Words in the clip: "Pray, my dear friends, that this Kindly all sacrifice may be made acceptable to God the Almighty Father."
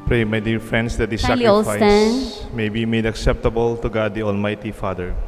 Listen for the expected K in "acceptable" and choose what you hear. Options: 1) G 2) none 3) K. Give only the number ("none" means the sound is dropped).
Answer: 3